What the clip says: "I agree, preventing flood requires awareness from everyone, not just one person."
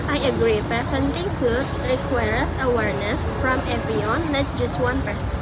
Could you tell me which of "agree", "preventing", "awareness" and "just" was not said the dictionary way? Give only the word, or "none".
preventing